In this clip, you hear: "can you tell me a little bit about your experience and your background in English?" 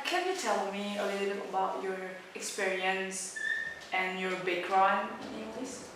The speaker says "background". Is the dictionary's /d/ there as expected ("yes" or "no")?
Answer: no